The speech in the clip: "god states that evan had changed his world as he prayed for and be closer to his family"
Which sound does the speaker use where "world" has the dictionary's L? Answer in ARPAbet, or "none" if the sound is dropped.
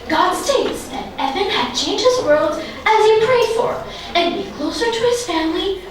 L